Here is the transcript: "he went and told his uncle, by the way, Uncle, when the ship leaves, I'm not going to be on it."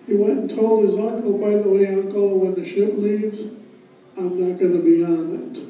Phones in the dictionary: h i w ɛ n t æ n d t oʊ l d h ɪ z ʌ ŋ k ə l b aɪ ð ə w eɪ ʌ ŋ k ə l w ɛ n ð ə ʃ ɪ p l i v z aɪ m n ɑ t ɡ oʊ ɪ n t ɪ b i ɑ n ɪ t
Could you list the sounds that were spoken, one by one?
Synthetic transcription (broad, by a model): h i w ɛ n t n t oʊ l d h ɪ z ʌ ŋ k l b aɪ ð ə w eɪ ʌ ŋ k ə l w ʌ n ð ə ʃ ɪ p l i v z aɪ m n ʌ t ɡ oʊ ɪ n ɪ b i ɑ n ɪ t